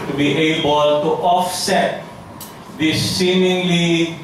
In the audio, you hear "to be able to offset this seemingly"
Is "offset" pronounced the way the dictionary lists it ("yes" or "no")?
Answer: yes